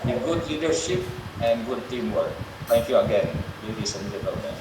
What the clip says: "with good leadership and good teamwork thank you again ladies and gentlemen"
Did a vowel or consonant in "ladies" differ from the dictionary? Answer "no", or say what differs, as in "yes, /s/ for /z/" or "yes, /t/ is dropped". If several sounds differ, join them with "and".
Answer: yes, /s/ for /z/